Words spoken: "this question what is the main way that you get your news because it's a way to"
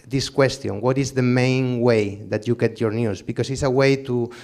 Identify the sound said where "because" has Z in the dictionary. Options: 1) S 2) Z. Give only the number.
1